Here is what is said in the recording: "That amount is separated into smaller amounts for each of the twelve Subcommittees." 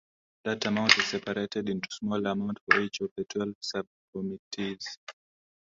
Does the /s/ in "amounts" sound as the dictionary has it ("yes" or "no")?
no